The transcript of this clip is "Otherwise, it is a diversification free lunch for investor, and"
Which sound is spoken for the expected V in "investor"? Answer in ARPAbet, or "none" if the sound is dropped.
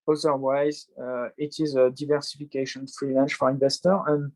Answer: V